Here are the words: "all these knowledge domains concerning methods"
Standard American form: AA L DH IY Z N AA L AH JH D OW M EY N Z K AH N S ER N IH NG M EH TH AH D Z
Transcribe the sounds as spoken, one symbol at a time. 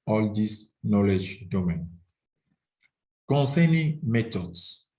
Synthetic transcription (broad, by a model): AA L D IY S N AA L AH JH D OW M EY N K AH N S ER N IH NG M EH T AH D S